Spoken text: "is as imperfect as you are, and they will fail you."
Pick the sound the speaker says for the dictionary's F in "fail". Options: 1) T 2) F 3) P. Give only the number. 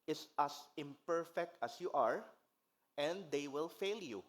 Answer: 2